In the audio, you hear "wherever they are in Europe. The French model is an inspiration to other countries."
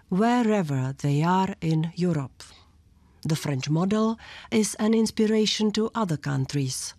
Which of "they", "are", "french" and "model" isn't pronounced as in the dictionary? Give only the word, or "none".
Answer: none